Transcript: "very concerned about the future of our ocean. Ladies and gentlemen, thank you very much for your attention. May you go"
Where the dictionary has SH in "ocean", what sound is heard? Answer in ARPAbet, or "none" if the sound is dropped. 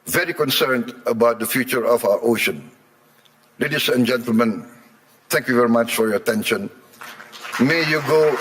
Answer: SH